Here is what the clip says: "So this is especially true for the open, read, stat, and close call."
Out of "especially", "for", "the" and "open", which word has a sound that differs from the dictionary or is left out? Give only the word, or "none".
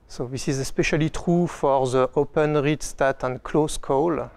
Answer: none